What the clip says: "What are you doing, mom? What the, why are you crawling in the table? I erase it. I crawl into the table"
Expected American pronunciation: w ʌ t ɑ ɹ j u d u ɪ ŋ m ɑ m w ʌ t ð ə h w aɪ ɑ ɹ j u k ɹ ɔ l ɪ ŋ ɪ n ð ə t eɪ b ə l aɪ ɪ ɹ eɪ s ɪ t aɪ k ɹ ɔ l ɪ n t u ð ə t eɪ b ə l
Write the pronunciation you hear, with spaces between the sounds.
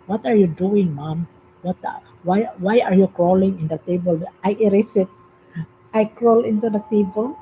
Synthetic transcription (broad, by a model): w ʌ t ɑ ɹ j u d u ɪ ŋ m ɑ m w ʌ t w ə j w aɪ ɑ ɹ j u k ɹ ɔ l ɪ ŋ ɪ n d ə t eɪ b ə l aɪ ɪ ɹ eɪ s ɪ t aɪ k ɹ ɔ l ɪ n t u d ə t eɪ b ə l